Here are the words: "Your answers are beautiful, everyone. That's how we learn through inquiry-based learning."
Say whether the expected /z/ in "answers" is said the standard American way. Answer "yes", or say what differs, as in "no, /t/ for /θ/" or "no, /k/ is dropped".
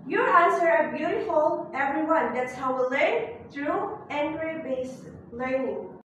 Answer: no, /z/ is dropped